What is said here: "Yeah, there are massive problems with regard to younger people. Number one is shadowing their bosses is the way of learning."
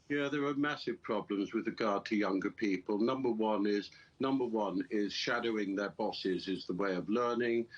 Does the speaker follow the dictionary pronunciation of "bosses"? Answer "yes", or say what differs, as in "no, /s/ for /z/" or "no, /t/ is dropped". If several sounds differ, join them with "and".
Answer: yes